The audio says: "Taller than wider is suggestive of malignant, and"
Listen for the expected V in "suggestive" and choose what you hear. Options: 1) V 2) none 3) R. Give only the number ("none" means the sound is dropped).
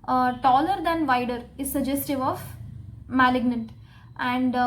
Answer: 1